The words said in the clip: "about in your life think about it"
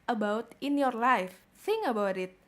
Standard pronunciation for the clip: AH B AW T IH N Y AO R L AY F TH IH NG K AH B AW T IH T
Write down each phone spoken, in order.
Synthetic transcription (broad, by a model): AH B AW T IH N Y AO R L AY F S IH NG AH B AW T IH T